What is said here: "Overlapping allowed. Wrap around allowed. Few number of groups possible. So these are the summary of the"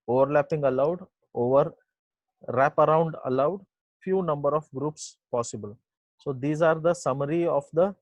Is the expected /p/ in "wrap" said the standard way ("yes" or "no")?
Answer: yes